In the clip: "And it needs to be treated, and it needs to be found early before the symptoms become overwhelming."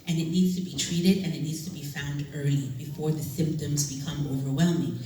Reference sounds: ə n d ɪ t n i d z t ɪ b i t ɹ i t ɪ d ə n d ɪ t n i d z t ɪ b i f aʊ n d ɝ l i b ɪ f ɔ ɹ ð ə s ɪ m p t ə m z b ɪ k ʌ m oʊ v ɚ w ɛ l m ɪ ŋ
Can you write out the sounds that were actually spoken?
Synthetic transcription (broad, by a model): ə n ɪ t n i d z t ɪ b i t ɹ i t ɪ d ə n ɪ t n i d z t ɪ b i f aʊ n d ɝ i b ɪ f ɔ ɹ ð ə s ɪ m p t ə m z b ɪ k ʌ m oʊ v ɚ w ɛ l m ɪ ŋ